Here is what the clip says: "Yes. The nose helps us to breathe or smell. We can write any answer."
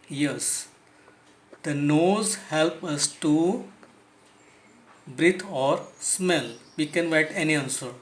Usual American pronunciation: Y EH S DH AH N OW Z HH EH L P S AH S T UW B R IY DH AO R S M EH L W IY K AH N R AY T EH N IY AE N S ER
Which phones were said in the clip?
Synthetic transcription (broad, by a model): Y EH S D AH N OW Z HH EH L P AH S T UW B R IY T AO R S M EH L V IY K AH N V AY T EH N IY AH N S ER